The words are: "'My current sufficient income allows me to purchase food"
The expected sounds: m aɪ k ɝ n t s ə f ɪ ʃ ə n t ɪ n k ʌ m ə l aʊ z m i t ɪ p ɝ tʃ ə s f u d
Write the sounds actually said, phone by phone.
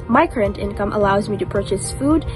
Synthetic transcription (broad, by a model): m aɪ k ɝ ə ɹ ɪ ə n t ɪ n k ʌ m ə l aʊ z m i t ɪ p ɝ tʃ ə s f u d